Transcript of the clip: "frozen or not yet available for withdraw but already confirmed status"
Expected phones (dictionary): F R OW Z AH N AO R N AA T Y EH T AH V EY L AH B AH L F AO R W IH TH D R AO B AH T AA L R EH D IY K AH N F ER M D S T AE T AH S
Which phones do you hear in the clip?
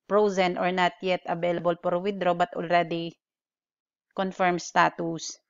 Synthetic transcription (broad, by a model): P R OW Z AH N AO R N AA T Y EH T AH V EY L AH B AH L P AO R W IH D R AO B AH T AA L R EH D IY K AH N F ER M S T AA T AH S